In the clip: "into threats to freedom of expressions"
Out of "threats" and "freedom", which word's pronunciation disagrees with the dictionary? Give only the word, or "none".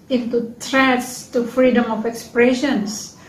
threats